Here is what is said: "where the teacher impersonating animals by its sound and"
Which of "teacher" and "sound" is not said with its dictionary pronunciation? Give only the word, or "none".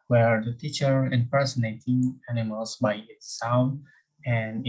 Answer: sound